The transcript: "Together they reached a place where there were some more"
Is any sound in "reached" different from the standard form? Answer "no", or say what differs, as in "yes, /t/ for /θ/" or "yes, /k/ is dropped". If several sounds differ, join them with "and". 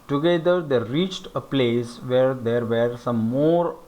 no